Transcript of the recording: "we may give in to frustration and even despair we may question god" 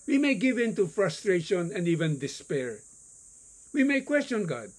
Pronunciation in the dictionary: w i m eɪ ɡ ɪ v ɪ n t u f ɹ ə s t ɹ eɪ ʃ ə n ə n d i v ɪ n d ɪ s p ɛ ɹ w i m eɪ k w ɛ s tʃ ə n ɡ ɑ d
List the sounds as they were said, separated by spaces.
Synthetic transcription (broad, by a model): w i m eɪ ɡ ɪ v ɪ n t u f ɹ ə s t ɹ eɪ ʃ ə n ə n d i v ɪ n d ɪ s p ɛ ɹ w i m eɪ k w ɛ s tʃ ə n ɡ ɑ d